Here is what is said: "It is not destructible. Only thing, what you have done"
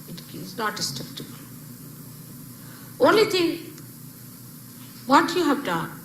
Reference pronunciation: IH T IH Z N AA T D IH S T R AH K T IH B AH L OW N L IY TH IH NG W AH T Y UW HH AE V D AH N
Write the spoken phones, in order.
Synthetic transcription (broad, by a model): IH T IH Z N AA T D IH S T AH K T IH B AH L OW N L IY T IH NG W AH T Y UW HH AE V D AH N